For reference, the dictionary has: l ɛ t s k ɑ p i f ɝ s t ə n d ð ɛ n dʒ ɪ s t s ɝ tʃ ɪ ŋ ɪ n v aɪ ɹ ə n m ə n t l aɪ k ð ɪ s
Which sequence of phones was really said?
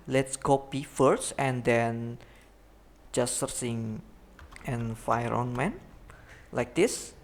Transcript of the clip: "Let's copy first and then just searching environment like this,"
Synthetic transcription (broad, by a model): l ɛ t s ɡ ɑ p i f ɝ s t ə n d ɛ n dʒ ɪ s s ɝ s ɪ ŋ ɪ n f aɪ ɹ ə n m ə n l aɪ k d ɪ s